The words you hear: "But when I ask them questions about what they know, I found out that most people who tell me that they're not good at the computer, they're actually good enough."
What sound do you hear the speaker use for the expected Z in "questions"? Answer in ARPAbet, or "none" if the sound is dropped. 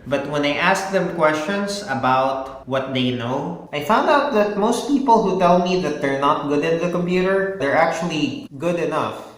S